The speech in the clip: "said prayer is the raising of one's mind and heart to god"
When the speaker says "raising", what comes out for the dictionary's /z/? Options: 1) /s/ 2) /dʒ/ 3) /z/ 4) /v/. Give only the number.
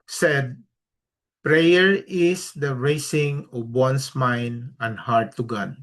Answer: 1